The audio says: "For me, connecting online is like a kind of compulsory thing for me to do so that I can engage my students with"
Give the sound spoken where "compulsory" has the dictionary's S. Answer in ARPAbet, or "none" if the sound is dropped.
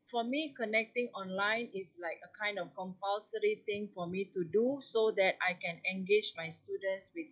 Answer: S